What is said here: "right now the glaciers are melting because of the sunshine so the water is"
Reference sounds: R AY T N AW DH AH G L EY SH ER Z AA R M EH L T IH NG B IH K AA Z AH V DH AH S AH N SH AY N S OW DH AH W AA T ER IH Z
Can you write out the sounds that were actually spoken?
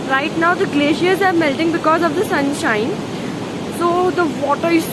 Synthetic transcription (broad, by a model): R AY T N AW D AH G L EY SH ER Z AA R M EH L T IH NG B IH K AA Z AH V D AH S AH N SH AY N S OW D AH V AA T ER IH